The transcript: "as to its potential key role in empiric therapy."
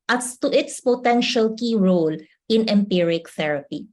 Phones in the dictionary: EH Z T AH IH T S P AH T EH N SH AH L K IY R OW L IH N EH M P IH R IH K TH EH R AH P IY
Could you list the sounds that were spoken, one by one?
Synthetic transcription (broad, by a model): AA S T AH IH T S P AH T EH N SH AH L K IY R OW L IH N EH M P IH R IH K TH EH R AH P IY